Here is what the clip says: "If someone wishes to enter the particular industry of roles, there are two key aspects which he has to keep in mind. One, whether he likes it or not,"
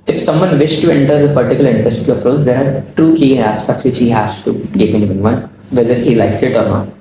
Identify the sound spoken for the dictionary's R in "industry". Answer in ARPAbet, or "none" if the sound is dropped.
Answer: none